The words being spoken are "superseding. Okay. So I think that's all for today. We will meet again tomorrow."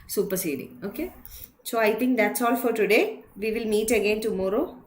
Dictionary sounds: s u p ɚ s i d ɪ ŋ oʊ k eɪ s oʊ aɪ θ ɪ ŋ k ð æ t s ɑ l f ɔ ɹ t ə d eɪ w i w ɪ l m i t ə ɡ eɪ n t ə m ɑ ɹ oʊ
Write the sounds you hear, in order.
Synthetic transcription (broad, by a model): s u p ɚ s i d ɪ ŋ oʊ k eɪ s oʊ aɪ t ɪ ŋ k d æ t s ɑ l f ɔ ɹ t ə d eɪ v i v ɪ l m i t ə ɡ eɪ n t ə m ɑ ɹ oʊ